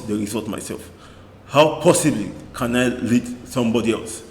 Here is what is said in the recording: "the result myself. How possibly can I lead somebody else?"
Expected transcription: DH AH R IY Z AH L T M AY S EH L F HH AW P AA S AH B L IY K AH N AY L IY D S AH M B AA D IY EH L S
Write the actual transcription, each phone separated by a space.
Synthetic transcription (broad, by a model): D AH R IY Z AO T M AY S EH L F HH AW P AA S AH B L IY K AH N AY L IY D S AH M B AA D IY EH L S